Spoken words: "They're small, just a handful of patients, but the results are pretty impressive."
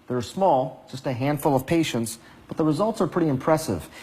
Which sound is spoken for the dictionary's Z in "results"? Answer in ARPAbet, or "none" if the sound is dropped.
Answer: Z